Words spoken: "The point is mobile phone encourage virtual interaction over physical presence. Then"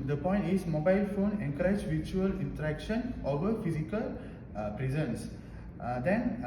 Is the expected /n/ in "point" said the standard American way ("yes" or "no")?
yes